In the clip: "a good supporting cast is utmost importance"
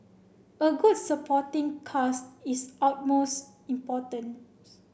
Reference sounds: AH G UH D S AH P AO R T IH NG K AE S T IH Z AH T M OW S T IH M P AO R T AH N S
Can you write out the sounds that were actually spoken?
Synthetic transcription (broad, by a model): AH G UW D S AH P AO T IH NG K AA S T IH S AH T M OW S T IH M P AO T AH N